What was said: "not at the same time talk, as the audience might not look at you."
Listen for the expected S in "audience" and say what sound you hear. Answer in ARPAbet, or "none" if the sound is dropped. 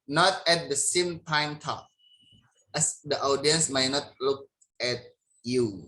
S